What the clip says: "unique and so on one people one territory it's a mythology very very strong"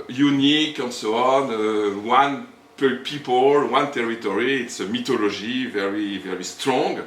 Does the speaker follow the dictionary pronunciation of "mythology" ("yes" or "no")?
no